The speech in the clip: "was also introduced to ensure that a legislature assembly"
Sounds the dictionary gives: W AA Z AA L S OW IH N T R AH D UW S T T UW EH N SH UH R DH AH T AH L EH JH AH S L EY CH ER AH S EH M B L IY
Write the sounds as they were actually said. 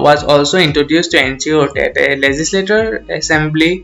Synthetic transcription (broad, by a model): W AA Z AA L S OW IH N T R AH D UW S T T UW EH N S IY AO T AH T AH L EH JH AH S L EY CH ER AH S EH M B L IY